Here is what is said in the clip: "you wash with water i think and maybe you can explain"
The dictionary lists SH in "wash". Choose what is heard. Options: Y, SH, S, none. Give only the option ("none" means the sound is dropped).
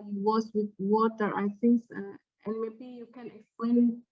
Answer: S